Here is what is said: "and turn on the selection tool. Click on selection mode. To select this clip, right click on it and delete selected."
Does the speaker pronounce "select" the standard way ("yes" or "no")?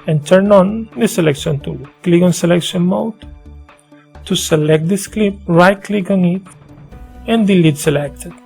yes